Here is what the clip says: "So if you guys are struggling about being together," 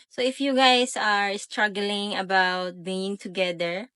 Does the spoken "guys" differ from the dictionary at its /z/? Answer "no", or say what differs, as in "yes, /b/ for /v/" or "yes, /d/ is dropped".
yes, /s/ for /z/